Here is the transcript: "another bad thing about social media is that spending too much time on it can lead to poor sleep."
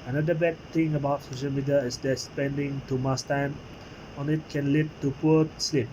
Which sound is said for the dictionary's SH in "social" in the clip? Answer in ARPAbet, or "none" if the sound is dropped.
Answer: SH